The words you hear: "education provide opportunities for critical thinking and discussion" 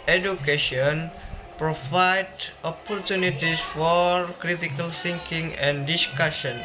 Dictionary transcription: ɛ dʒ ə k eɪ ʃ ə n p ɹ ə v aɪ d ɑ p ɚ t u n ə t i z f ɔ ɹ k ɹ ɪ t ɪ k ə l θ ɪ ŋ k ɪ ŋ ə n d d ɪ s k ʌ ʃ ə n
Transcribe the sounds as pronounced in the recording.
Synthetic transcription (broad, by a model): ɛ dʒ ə k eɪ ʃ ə n p ɹ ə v aɪ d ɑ p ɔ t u n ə t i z f ɔ ɹ k ɹ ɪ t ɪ k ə l s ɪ ŋ k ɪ ŋ ə n d d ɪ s k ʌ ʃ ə n